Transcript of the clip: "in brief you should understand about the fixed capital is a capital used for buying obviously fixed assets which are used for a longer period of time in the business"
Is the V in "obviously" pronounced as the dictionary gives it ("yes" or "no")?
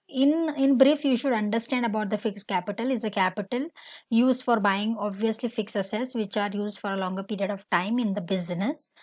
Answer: yes